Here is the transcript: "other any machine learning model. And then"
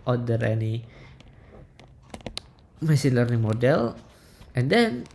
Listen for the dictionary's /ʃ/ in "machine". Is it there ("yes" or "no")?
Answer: no